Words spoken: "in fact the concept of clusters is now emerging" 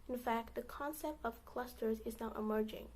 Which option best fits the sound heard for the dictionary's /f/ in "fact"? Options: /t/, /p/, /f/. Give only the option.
/f/